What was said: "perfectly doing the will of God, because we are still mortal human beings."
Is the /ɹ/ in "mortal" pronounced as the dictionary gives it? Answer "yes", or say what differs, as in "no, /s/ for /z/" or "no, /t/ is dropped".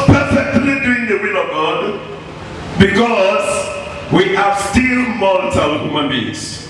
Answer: no, /l/ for /ɹ/